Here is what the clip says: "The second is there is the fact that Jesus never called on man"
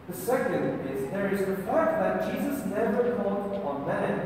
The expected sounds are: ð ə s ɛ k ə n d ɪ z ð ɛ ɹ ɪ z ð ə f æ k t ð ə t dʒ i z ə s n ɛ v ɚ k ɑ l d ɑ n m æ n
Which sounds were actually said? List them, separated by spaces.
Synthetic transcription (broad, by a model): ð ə s ɛ k ə n d ɪ z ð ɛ ɹ ɪ z ð ə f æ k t ð ə t dʒ i z ə s n ɛ v ɚ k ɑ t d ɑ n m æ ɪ